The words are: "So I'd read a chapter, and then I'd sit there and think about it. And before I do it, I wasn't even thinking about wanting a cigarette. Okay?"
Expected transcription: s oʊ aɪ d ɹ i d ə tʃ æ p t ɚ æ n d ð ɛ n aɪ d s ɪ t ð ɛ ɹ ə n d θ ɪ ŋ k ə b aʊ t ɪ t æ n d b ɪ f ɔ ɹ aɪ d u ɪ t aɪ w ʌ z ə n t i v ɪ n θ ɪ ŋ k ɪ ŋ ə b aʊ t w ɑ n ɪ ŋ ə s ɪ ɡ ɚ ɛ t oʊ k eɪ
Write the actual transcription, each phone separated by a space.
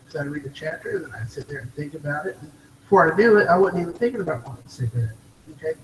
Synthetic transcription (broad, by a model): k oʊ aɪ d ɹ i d ə tʃ æ p t ɚ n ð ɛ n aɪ s ɪ t ð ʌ ɹ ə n θ ɪ ŋ k ə b aʊ t ɪ t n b f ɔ ɹ aɪ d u ɪ t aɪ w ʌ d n i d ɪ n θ ɪ ŋ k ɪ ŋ ə b aʊ t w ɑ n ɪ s ə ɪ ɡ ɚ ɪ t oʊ k eɪ